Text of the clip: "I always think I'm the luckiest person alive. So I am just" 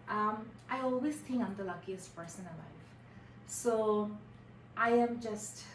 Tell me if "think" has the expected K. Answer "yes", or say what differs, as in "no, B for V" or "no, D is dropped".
no, K is dropped